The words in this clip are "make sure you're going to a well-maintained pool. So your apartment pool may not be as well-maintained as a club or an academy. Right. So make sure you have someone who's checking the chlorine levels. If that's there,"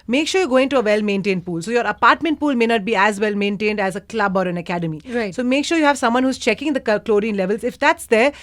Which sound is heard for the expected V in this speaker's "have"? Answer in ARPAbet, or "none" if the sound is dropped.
V